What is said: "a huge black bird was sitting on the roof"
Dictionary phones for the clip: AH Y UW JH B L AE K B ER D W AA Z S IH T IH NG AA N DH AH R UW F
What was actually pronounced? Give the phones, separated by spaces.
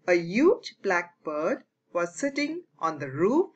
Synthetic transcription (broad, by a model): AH Y UW JH B L AE K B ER D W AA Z S IH T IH NG AA N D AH R UW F